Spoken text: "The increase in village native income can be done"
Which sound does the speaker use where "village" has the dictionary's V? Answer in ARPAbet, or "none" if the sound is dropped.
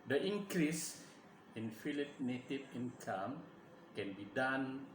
F